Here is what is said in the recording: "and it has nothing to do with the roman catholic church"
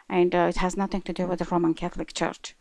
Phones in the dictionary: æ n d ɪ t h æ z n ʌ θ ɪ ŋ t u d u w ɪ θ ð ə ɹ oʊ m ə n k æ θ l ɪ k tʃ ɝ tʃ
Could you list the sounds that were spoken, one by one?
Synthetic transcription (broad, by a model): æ n d ɪ t h æ z n ʌ θ ɪ ŋ t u d u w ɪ ð ə ɹ oʊ m ə n k æ θ l ɪ k tʃ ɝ tʃ